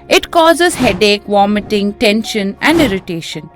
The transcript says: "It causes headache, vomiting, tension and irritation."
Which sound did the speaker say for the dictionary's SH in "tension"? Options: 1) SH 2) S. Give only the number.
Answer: 1